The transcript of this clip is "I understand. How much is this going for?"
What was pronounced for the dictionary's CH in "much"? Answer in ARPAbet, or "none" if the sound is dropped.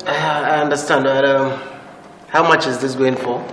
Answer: CH